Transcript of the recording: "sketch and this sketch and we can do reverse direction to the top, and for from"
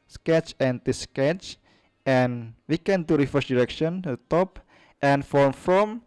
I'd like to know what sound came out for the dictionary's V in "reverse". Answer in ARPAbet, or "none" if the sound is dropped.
F